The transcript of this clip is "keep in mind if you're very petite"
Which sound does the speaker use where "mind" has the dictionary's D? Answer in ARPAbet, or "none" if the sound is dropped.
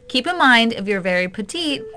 D